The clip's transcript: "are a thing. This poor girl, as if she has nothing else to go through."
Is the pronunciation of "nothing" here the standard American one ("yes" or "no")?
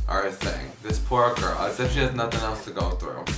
yes